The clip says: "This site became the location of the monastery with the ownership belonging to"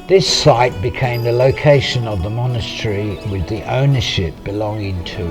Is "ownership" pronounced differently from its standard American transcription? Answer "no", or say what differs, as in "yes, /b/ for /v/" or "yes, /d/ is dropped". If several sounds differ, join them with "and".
no